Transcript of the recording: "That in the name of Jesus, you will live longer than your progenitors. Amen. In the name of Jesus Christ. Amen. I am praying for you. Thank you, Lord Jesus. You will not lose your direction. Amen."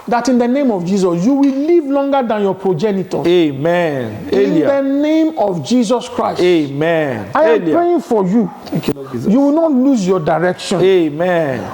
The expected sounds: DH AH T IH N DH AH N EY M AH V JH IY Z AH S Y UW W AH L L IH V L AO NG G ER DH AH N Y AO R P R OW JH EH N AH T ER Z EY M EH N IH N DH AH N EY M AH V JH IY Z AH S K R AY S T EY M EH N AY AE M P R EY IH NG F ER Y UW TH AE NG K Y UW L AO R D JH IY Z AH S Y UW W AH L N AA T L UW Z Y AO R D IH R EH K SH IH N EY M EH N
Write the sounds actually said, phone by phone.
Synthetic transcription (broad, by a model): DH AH T IH N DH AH N EY M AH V JH IY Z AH S Y UW W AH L L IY V L AO NG G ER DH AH N Y AO P R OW JH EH N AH T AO EY M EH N IH N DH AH N EY M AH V JH IY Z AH S K R AY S EY M EH N AY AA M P R EY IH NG F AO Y Y UW Y UW W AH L N AA T L UW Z Y AO D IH R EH K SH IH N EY M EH N